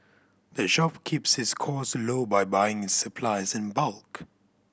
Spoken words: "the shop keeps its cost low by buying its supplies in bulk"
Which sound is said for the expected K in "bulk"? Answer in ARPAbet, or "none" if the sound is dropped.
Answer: K